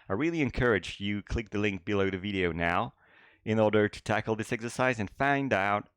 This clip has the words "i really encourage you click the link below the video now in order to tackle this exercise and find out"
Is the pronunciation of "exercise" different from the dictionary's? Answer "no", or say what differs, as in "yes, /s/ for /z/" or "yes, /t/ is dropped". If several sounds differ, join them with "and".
no